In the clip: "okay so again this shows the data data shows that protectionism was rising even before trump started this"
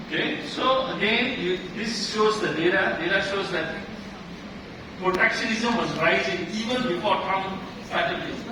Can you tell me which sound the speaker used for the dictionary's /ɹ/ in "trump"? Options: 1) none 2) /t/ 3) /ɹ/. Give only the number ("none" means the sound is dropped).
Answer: 1